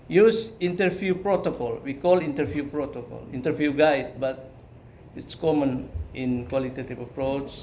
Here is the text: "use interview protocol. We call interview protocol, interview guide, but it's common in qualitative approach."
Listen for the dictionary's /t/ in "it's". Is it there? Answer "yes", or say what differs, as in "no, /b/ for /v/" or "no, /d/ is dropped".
yes